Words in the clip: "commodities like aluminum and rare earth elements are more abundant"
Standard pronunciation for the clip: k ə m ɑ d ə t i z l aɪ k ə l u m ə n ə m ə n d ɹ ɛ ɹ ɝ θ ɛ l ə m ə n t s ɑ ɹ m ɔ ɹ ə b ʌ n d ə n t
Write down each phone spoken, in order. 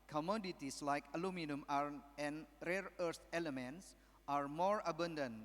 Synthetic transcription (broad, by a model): k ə m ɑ d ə t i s l aɪ k ə l u m ə n ə m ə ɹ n ɹ ɛ ɹ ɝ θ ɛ l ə m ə n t s ɑ ɹ m ɔ ɹ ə b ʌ n d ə n